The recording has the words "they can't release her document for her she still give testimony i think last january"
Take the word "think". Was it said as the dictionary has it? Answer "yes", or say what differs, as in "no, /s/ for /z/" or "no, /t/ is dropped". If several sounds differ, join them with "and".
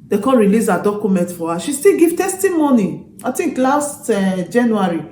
no, /t/ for /θ/